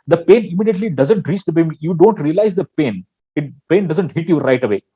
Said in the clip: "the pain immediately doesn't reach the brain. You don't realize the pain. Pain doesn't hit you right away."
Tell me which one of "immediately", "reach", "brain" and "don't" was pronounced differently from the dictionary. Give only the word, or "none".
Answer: brain